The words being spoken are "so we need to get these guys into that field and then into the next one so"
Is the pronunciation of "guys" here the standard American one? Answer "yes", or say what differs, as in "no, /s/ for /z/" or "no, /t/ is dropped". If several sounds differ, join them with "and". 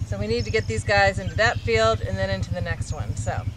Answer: yes